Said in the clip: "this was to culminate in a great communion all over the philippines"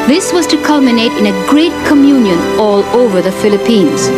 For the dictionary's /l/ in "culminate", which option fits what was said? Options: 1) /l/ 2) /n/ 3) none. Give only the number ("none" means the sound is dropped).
1